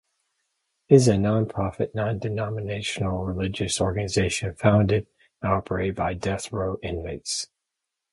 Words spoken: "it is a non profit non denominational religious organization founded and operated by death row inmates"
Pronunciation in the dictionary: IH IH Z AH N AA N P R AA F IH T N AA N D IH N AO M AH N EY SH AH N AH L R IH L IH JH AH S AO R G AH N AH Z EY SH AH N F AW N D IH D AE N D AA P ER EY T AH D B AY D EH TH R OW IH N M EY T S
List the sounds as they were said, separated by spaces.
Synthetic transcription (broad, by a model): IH IH Z AH N AA N P R AA F IH T N AA N D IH N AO M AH N EY SH N L R IH L IH JH AH S AO R G AH N AH Z EY SH AH N F AW N D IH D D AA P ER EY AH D B AY D EH TH R OW IH N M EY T S